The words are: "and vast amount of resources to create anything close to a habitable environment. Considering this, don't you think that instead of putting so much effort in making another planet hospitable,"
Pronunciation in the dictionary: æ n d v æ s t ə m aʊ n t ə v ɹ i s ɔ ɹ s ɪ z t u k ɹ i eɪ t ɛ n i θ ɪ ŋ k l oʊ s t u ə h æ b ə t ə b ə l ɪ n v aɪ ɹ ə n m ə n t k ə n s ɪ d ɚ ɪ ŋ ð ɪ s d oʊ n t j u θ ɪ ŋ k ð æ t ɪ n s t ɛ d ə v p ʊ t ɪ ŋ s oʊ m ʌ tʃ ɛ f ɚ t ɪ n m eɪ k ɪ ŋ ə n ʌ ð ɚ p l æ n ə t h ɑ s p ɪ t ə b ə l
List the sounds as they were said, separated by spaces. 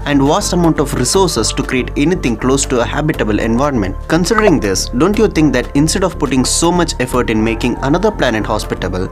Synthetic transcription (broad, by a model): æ n d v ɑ s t ə m aʊ n t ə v ɹ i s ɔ ɹ s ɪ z t u k ɹ i eɪ t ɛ n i t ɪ ŋ k l oʊ s t u ə h æ b ə t ə b ə l ɪ n v aɪ ɹ ə n m ə n t k ə n s ɪ d ɚ ɪ ŋ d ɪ s d oʊ n t j u t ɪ ŋ k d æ t ɪ n s t ɛ d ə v p ʊ t ɪ ŋ s oʊ m ʌ tʃ ɛ f ɚ t ɪ n m eɪ k ɪ ŋ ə n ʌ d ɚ p l æ n ə t h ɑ s p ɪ t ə b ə l